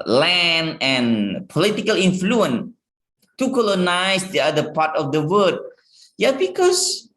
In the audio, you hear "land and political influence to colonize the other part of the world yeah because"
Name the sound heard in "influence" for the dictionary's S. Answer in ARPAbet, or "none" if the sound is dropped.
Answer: none